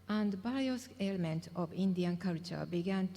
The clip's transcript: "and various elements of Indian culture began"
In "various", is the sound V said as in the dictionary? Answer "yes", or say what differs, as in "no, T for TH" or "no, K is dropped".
no, B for V